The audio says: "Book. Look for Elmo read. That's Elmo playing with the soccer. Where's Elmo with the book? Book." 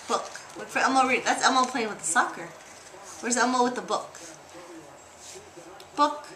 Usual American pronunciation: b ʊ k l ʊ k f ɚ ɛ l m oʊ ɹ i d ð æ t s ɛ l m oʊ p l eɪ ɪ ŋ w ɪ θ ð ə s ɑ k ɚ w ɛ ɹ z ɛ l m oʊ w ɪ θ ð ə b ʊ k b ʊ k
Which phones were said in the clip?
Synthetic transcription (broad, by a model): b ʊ k w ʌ f ɚ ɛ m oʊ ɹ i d ð æ t s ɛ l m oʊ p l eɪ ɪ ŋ w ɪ ð ə s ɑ k ɚ w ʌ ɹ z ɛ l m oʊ w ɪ ð ə b ʊ k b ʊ k